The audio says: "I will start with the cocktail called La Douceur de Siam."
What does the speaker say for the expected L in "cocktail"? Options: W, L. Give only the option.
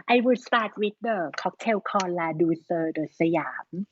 W